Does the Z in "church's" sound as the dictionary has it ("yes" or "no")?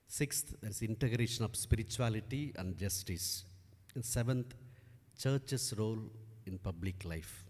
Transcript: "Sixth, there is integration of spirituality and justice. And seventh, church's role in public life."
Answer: no